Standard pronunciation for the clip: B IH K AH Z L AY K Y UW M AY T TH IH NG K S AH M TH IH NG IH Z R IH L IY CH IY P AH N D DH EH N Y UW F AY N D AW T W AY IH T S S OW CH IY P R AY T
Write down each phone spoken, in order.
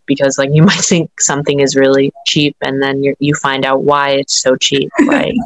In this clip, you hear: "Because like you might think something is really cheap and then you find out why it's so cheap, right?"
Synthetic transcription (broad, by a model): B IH K AH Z L AY K Y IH M AY T TH IH NG K S AH M TH IH NG IH Z R IH L IY CH IY P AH N DH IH N Y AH F AY N D AW T W AY IH T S S OW CH IY P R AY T